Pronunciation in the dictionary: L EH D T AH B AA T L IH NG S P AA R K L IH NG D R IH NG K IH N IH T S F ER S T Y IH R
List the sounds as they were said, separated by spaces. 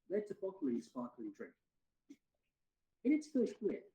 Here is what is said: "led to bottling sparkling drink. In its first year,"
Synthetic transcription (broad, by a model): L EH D T AH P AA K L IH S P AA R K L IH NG D R IH NG K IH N IH T S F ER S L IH